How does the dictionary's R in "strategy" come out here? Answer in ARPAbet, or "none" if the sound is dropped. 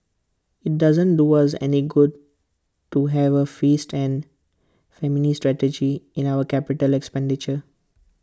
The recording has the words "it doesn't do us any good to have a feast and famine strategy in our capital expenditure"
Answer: R